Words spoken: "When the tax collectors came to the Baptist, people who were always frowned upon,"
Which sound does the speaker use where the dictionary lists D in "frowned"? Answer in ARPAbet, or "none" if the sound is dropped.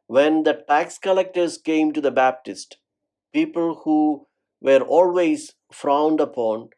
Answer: D